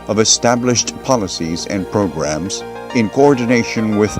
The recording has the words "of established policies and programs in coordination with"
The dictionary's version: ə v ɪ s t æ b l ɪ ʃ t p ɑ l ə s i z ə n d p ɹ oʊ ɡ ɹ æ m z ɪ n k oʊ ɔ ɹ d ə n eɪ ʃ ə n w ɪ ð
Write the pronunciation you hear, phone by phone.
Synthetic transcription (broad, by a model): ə v ɪ s t æ b l ɪ ʃ t p ɑ l ə s i z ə n p ɹ oʊ ɡ ɹ æ m z ɪ n k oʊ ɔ ɹ d n eɪ ʃ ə n w ɪ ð